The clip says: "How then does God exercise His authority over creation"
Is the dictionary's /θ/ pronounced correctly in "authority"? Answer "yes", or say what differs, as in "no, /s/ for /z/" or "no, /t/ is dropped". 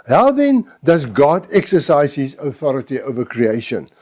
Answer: yes